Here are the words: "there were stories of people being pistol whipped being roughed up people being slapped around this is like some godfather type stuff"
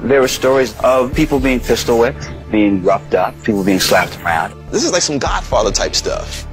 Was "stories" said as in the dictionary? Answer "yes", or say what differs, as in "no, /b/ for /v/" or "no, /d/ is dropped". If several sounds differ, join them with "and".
yes